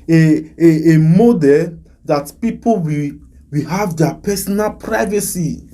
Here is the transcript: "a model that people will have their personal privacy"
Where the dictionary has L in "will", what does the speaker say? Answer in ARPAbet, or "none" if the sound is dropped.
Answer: W